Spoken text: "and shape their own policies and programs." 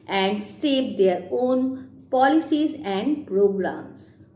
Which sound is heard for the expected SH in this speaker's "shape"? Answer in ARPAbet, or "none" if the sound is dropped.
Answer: S